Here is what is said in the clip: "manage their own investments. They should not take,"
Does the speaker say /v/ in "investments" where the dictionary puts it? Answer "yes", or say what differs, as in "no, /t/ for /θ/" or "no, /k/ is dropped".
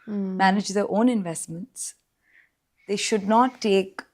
yes